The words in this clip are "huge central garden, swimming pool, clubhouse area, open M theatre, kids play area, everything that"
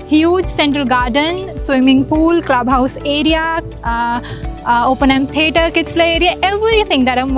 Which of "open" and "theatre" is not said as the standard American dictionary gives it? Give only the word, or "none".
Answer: theatre